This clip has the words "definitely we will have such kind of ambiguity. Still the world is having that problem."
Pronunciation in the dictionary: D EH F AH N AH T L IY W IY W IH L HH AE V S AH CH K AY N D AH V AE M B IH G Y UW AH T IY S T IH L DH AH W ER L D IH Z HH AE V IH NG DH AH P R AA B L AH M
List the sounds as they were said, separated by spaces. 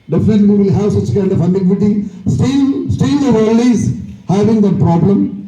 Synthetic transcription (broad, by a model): D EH F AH N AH T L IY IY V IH L HH AE V S AH CH K AY N D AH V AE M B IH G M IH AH T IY S T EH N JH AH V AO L IH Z HH AE V IH NG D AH P R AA B L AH M